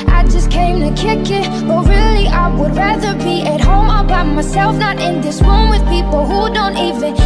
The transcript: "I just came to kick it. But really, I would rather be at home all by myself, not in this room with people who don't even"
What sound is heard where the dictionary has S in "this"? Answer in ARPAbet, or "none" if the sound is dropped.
S